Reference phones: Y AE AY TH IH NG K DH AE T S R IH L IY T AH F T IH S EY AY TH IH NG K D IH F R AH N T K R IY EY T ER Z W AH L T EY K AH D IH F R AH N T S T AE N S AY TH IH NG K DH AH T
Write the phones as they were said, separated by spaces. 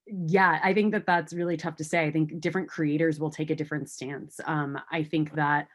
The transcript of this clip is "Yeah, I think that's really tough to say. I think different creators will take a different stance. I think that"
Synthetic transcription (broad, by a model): Y AE AY TH IH NG K DH AE T S R IH L IY T AH F T IH S EY AY TH IH NG K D IH F R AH N K R IY EY T ER Z W AH L T EY K AH D IH F R AH N T S T AE N S AY TH IH NG K DH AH T